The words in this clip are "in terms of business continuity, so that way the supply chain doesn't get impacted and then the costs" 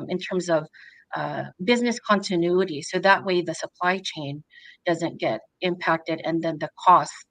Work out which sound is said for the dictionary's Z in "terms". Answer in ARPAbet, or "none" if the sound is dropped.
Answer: Z